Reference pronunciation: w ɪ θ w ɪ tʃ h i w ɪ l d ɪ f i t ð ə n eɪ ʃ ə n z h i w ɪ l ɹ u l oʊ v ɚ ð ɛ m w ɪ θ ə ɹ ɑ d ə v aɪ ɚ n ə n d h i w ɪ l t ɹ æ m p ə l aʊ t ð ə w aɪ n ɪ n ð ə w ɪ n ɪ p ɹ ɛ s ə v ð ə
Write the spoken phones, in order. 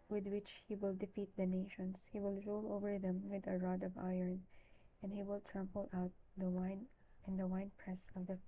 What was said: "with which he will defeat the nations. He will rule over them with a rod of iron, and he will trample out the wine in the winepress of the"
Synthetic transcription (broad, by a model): w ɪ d w ɪ tʃ h i w ɪ l d ɪ f i t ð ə n eɪ ʃ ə n s h i w ɪ l ɹ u l oʊ v ɚ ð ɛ m w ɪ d ə ɹ ɑ d ə v aɪ ɚ n ə n d h i w ɪ l t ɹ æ m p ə l aʊ t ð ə w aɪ n ɪ n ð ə w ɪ n p ɹ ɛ s ə v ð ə